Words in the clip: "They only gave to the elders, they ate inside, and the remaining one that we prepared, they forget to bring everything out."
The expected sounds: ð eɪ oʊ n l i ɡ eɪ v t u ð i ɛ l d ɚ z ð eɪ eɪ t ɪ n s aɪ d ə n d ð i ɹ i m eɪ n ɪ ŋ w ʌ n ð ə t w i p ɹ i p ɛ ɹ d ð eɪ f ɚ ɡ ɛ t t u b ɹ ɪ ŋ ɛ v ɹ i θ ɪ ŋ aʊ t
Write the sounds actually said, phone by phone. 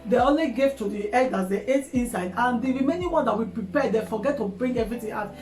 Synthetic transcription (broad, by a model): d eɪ oʊ n l i ɡ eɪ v t u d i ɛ d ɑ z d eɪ eɪ t ɪ n s aɪ d ə n d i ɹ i m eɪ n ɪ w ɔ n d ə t w i p ɹ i p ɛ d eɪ f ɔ ɡ ɛ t t u b ɹ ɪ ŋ ɛ v ɹ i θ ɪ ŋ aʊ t